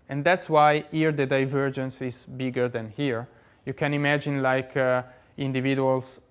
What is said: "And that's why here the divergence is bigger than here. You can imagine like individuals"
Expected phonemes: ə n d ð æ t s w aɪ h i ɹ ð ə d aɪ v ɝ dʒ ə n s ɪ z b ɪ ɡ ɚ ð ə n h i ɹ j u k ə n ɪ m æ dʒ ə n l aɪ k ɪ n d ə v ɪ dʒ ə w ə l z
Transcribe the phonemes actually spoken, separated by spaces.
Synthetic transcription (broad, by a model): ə n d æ t s w aɪ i ɹ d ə d aɪ v ɝ dʒ ə n s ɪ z b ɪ ɡ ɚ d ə n h i ɹ j u k ə n ɪ m æ dʒ ə n l aɪ k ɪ n d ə v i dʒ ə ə l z